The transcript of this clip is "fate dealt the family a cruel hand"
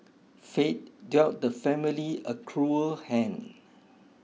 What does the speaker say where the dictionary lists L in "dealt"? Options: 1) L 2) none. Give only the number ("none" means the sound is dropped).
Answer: 2